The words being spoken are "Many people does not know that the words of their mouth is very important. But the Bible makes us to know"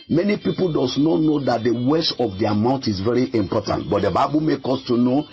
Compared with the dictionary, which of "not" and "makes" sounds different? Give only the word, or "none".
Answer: makes